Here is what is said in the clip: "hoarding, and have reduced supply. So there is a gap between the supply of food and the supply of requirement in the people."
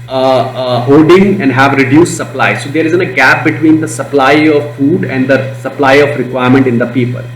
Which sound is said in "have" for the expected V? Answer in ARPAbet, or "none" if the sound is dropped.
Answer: V